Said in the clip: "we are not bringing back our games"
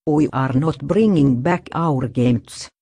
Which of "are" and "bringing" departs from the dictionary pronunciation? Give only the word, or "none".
none